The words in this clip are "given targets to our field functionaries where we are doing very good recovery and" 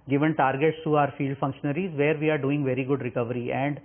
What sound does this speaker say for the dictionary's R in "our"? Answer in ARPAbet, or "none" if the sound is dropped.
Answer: R